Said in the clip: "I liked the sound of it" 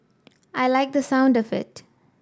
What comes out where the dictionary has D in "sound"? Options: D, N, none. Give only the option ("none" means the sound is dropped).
D